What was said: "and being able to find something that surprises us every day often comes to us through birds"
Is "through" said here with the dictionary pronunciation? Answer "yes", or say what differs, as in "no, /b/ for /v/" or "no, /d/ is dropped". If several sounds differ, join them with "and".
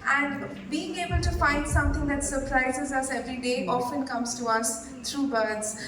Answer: no, /t/ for /θ/